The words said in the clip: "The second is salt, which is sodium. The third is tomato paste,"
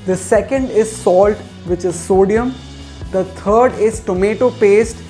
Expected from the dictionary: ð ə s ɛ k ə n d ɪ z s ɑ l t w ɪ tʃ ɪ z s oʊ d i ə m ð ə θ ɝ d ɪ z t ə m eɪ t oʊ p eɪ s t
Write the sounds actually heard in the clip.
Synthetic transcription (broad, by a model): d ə s ɛ k ə n d ɪ z s ɑ l t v ɪ tʃ ɪ z s oʊ d i ə m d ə t ɝ d ɪ z t ə m eɪ t oʊ p eɪ s t